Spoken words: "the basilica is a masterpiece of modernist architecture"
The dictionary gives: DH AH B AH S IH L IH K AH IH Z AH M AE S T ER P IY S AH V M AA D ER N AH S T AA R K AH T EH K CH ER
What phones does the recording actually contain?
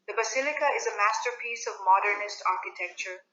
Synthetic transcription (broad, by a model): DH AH B AH S IH L IH K AH IH Z AH M AE S T ER P IY S AH V M AA D ER N AH S T AA R K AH T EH K CH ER